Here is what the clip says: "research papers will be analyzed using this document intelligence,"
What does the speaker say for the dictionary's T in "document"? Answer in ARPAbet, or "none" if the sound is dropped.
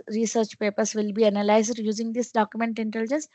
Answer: T